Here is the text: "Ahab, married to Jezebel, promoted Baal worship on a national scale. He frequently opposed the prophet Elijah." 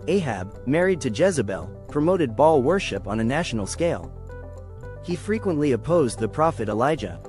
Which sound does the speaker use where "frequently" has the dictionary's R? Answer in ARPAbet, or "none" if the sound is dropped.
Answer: R